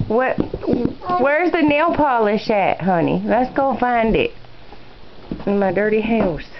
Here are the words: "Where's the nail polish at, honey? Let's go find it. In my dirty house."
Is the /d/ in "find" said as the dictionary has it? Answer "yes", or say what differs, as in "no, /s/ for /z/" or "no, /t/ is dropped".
yes